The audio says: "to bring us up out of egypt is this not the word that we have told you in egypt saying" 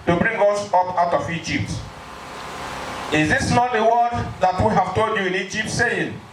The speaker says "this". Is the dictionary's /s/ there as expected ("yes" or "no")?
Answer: yes